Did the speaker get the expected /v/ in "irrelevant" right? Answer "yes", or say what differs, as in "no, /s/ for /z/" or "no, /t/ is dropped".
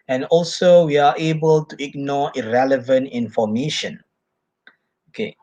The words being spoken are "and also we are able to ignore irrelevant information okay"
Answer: yes